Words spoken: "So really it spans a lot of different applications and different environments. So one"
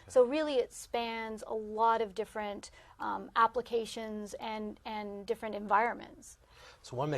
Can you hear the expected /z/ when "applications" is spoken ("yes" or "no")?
yes